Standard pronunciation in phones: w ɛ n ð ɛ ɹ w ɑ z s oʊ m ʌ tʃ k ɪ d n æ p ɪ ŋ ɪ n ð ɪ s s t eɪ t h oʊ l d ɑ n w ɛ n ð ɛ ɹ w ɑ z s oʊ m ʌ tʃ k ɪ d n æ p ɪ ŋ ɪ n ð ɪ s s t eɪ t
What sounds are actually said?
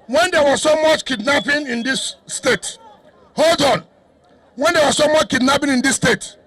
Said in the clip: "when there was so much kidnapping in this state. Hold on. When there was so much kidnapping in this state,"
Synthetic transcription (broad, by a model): w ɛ n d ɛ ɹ w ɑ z s oʊ m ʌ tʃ k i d n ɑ p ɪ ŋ ɪ n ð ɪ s s t eɪ t h oʊ l d ɑ n w ɛ n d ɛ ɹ w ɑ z s oʊ m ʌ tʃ k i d n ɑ p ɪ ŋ ɪ n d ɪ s s t eɪ t